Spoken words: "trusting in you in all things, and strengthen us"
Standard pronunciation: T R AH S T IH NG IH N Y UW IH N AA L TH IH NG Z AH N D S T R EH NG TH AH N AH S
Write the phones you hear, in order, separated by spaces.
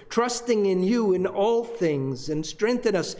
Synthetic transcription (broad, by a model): T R AH S T IH NG IH N Y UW IH N AA L TH IH NG Z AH N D S T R EH NG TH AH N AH S